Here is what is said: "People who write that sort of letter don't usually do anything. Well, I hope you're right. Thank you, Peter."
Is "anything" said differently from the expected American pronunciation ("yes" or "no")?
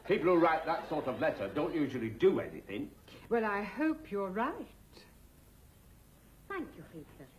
no